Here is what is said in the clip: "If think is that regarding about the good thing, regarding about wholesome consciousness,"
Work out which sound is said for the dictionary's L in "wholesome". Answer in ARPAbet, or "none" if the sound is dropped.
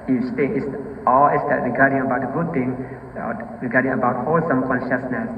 L